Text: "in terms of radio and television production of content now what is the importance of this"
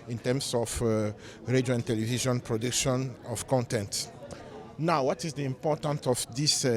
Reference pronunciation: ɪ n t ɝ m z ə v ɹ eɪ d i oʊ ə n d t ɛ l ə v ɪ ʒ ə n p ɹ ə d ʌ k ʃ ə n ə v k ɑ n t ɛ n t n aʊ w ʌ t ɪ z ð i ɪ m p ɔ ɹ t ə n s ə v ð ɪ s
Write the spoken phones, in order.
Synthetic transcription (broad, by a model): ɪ n t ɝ m s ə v ɹ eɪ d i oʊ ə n t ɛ l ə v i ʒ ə n p ɹ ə d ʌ k ʃ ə n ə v k ɑ n t ɛ n t n aʊ w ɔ t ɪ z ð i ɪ m p ɔ t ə n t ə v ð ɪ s